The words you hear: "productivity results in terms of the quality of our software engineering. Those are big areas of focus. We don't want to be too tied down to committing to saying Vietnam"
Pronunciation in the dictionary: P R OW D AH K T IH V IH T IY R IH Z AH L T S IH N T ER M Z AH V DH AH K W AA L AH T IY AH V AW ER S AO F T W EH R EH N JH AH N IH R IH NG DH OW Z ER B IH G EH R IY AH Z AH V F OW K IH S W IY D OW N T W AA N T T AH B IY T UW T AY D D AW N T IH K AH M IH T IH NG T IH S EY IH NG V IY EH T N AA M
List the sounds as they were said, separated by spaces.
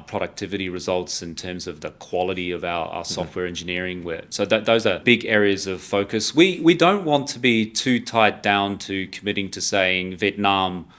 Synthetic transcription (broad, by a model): P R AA D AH K T IH V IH T IY R IH Z AH L T S IH N T ER M Z AH V DH AH K W AA L AH T IY AH V AW ER S AO F T W EH R EH N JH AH N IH R IH NG DH OW Z ER B IH G EH R IY AH Z AH V F OW K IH S W IY D OW N T W AA N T T AH B IY T UW T AY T D AW N T IH K AH M IH T IH NG T IH S EY IH NG V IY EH T N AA M